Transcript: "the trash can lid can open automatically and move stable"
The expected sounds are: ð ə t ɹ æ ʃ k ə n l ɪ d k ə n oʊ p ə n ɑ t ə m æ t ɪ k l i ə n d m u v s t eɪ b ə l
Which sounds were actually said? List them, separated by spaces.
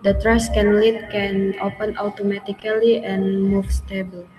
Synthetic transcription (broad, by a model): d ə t ɹ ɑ s k ə n l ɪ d k ə n oʊ p ə n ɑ t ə m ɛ t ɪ k l i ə n m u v s t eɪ b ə l